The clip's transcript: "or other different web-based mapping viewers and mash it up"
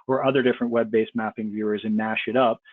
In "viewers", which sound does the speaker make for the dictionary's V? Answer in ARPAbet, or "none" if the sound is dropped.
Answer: V